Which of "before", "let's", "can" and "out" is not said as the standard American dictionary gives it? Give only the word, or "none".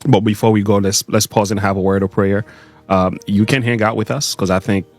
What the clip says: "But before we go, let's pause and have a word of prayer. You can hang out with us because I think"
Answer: none